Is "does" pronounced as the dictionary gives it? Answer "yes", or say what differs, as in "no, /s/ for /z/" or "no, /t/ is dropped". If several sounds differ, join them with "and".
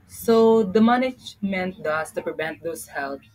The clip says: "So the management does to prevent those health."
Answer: no, /s/ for /z/